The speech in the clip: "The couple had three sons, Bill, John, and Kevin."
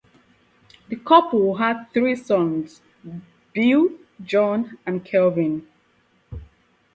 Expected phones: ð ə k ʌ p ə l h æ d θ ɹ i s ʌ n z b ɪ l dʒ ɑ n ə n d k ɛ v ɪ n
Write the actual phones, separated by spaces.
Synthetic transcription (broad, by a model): ð ə k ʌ p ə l h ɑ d θ ɹ i s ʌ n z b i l dʒ ɑ n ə n k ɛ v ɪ n